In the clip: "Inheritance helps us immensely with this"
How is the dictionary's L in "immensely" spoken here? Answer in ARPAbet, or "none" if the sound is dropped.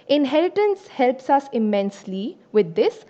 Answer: L